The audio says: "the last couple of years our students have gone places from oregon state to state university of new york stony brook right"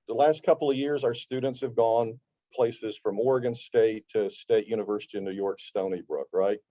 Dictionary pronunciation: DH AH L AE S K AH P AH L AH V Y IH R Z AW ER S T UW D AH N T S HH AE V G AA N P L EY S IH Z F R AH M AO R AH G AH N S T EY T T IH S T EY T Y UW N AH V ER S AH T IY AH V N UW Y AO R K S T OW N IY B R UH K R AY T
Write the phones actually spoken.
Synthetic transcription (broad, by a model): DH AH L AE S K AH P L AH V Y IH R Z AW ER S T UW D N T S HH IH V G AA N P L EY S IH Z F R AH M AO R AH G AH N S T EY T T IH S T EY T Y UW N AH V ER S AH T IY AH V N UW Y AO R K S T OW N IY B R UH K R AY T